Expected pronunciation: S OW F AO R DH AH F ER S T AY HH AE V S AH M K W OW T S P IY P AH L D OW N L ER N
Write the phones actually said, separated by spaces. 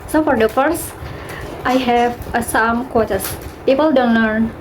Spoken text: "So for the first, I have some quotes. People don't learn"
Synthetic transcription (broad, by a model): S OW F AO R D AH F ER S T AY HH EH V S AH M K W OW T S P IY P AH L D OW N L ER N